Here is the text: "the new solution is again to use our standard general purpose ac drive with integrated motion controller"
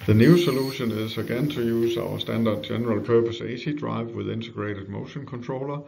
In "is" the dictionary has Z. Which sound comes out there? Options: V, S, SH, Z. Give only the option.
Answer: S